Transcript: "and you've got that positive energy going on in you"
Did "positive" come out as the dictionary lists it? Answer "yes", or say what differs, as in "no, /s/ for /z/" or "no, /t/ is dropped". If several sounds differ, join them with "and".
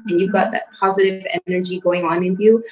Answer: yes